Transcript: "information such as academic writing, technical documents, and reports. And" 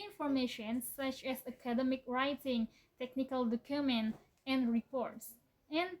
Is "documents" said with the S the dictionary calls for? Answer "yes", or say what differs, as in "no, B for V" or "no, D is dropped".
no, S is dropped